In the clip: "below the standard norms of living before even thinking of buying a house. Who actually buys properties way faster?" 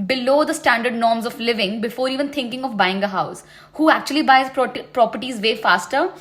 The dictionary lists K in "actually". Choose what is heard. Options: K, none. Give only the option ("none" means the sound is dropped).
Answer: K